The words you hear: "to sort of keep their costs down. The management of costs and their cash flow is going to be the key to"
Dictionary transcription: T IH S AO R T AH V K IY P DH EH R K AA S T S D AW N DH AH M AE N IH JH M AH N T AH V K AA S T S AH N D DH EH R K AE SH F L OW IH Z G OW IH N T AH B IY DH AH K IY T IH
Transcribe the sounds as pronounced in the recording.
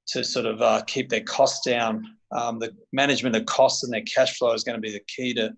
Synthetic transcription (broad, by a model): T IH S AO R T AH V K IY P DH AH R K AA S S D AW N DH AH M AE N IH JH M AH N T AH V K AA S T S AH N DH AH R K AE SH F L OW IH Z G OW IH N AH B IY DH AH K IY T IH